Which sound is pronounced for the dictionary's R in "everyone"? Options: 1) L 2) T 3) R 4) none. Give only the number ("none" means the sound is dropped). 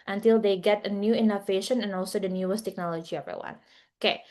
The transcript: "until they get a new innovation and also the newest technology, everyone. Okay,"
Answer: 4